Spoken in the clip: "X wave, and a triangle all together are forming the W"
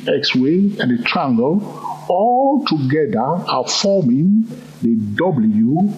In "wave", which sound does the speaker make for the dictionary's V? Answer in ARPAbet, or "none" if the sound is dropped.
none